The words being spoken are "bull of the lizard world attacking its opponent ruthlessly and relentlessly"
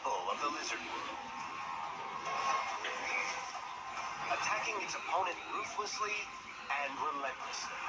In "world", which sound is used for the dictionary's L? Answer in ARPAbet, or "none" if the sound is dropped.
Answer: none